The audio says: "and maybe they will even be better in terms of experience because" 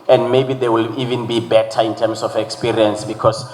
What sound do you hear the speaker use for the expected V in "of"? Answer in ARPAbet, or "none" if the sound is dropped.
F